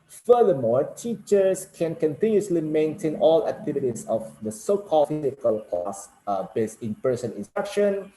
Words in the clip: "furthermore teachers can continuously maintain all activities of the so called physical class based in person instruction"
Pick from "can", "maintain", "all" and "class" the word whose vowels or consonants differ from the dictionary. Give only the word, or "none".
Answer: class